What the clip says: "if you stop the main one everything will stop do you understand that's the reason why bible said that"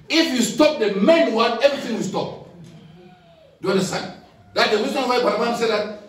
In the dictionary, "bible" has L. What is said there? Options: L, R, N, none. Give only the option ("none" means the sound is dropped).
N